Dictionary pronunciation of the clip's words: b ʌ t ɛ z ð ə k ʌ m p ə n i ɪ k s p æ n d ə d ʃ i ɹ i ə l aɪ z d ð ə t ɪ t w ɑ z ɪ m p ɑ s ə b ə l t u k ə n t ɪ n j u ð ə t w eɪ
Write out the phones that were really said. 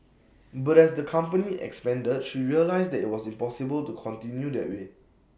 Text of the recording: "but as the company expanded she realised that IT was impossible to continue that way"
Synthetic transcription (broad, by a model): b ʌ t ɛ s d ə k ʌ m p ə n i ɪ k s p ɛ n d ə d ʃ i ɹ i ə l aɪ s d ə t ɪ t w ɑ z ɪ m p ɑ s ə b ə l t u k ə n t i n j u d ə t w eɪ